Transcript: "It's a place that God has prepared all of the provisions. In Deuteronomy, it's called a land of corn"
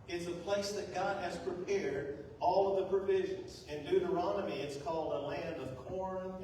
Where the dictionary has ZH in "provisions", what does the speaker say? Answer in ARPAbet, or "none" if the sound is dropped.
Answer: ZH